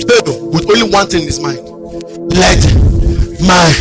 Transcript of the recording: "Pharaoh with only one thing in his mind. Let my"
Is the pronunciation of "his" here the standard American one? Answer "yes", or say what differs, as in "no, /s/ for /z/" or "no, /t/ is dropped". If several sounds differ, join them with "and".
no, /s/ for /z/